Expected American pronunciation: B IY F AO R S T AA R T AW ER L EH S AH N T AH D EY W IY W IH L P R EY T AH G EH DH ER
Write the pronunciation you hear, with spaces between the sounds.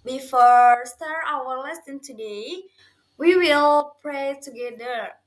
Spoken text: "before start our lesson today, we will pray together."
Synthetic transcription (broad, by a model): B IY F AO R S T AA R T AW ER L EH S AH N T AH D EY W IY W IH L P R EY T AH G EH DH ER